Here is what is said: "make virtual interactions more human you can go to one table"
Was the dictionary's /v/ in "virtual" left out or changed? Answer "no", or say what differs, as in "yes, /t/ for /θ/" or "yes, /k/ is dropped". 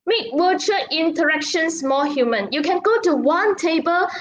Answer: yes, /w/ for /v/